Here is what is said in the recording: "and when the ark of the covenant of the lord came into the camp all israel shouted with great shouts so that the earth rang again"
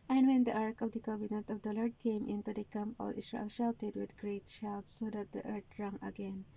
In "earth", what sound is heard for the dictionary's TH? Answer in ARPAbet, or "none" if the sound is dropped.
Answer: T